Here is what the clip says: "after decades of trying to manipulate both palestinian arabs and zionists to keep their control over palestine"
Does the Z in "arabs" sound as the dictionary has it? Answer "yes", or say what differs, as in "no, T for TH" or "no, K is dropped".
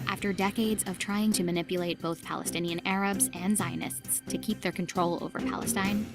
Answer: yes